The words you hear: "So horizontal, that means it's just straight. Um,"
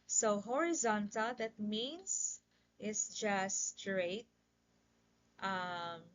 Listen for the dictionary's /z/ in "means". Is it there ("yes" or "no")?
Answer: no